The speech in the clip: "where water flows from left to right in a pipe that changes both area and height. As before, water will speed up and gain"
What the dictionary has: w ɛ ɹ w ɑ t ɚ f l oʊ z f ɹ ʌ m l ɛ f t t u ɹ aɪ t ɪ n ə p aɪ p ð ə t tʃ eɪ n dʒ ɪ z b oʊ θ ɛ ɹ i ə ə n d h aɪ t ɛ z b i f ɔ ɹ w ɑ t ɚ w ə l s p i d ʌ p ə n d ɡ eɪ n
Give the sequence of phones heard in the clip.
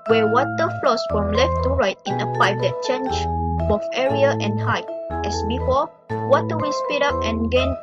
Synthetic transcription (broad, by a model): w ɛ w ɑ t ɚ f l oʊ s f ɹ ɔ m l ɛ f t t u ɹ aɪ t ɪ n ə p aɪ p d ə t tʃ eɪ n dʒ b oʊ f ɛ ɹ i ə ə n h aɪ t ɛ s b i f ɔ l w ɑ t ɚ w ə s p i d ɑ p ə n ɡ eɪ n